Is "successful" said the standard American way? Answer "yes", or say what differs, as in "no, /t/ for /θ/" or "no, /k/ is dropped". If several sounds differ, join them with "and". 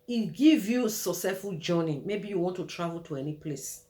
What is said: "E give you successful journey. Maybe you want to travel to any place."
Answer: no, /k/ is dropped and /s/ is dropped